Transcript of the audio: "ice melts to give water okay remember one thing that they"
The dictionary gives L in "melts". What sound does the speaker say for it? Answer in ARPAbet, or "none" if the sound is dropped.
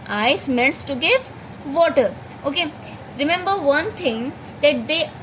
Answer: N